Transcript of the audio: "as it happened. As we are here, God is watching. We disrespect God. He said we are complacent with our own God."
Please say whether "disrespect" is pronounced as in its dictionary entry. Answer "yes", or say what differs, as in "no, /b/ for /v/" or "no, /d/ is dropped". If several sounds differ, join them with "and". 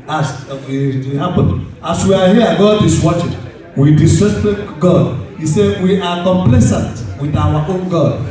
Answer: no, /ɹ/ is dropped